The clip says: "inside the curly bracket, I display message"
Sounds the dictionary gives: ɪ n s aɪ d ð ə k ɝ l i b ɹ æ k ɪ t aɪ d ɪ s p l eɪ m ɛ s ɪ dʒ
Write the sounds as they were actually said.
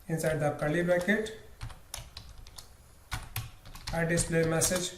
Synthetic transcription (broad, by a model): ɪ n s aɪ d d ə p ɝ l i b æ k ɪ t aɪ d ɪ s p l eɪ m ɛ s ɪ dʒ